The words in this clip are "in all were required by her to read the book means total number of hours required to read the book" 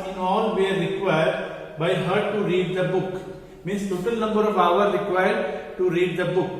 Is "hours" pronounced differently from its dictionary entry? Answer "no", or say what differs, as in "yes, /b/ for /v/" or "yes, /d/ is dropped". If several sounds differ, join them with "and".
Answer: yes, /z/ is dropped